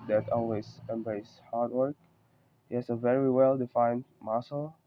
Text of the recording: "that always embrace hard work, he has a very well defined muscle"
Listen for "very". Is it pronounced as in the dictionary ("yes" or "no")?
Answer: yes